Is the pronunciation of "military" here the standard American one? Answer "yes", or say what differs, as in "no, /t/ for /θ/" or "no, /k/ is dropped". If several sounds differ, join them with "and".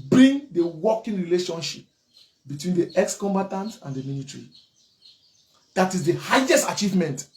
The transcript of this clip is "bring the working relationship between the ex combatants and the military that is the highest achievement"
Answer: no, /n/ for /l/